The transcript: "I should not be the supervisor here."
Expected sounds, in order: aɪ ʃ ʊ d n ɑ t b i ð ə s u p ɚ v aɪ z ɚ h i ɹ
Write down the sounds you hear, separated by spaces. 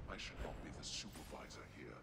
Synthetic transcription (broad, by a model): aɪ ʃ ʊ d n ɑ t b i ð ə s u p ɚ v aɪ z ɚ h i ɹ